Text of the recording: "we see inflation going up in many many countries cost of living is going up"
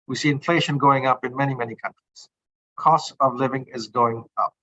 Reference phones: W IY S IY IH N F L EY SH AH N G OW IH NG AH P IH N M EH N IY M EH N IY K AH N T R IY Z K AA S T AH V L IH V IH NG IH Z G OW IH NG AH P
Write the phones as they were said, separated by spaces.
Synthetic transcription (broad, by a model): W IY S IY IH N F L EY SH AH N G OW IH NG AH P IH N M EH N IY M EH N IY K AH N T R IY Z K AA S T AH V L IH V IH NG IH Z G OW IH NG AH P